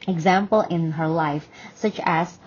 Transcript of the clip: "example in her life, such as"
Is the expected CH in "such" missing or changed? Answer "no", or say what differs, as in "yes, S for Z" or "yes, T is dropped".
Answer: no